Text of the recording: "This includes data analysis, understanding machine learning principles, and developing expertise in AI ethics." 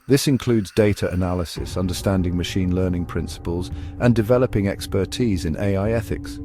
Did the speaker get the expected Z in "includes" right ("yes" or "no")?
yes